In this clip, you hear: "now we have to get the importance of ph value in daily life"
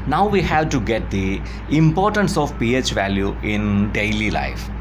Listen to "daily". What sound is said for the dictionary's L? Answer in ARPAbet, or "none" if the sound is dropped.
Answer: L